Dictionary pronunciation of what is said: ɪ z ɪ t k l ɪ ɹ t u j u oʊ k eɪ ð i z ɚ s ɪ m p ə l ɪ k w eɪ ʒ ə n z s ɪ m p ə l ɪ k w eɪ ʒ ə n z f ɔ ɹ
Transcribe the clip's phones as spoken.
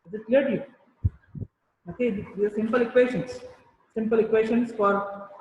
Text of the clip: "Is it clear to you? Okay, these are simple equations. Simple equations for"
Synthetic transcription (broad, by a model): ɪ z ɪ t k l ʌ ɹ t u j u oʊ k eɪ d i i s ɪ m p ə l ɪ k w eɪ ʃ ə n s s ɪ m p ə l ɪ k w eɪ ʃ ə n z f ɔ ɹ